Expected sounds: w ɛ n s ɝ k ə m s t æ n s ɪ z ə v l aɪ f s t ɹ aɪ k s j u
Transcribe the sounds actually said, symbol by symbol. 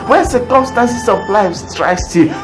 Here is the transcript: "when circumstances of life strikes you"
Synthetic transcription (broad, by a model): w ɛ s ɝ k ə m s t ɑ n s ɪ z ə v l aɪ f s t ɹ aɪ s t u